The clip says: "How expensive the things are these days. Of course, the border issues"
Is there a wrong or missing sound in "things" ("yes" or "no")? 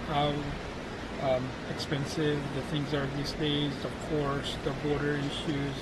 no